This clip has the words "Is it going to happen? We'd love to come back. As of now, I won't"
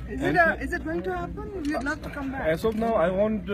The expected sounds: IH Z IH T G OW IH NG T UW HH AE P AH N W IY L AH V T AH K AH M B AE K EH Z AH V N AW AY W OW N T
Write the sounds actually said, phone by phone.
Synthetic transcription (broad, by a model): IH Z IH T G OW IH NG T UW HH AE P AH N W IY N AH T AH K AH M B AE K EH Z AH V N AW AY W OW N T